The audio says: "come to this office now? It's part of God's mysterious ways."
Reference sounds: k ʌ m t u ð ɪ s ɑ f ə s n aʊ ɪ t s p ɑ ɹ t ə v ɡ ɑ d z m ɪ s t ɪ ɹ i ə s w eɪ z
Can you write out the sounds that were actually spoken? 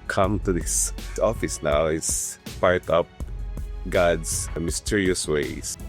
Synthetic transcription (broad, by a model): k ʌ m t u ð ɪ s ɑ f ə s n aʊ ɪ t s p ɑ ɹ t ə p ɡ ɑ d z m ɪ s t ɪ ɹ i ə s w eɪ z